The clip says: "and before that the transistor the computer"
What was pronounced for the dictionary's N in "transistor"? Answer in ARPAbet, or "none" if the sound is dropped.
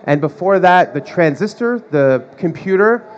N